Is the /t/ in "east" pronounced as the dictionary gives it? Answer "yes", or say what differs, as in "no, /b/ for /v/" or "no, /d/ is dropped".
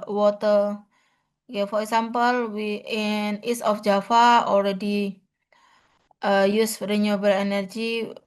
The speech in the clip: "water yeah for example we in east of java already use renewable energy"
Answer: no, /t/ is dropped